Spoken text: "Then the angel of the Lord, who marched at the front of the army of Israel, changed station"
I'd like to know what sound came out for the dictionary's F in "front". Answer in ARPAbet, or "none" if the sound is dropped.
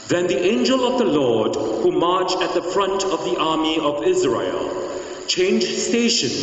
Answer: F